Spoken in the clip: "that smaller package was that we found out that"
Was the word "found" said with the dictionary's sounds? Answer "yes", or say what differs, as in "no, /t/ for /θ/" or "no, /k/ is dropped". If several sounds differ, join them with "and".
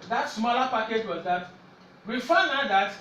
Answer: no, /d/ is dropped